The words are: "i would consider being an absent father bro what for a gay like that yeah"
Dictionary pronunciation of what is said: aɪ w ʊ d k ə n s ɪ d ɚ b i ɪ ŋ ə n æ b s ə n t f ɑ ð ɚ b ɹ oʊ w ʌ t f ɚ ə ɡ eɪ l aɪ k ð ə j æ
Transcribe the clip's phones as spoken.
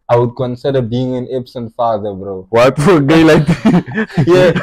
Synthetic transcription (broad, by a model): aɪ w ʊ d k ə n s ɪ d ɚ b i ɪ ŋ ə n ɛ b s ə n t f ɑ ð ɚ b ɹ oʊ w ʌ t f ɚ ə ɡ eɪ l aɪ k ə j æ